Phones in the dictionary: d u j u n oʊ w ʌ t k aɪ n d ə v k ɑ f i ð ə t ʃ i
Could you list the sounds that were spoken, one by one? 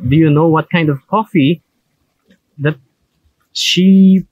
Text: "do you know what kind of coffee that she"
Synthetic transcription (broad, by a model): d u j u n oʊ w ʌ t k aɪ n d ə v k ɑ f i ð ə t ʃ i